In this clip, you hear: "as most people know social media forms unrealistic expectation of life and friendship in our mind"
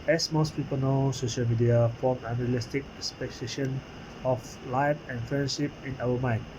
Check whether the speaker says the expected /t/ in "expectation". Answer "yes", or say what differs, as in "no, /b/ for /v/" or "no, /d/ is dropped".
no, /s/ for /t/